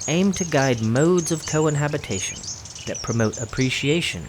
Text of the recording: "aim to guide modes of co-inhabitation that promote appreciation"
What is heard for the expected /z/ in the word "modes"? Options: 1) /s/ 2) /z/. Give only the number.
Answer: 2